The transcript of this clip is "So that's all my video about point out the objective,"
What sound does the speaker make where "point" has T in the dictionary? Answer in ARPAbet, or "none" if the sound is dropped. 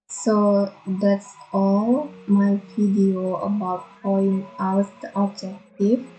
none